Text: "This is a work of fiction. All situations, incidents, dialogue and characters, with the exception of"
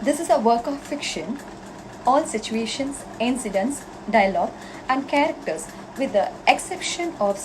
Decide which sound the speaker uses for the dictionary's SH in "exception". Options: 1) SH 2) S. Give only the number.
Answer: 1